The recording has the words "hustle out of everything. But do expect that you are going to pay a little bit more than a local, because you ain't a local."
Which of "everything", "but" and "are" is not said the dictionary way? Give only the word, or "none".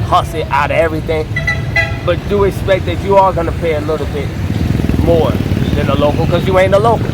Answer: none